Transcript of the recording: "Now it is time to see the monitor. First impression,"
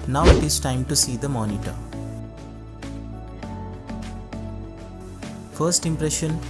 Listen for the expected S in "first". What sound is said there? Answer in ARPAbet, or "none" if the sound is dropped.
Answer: S